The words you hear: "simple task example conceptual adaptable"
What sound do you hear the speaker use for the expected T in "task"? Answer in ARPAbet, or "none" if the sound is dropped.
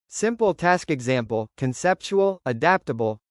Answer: T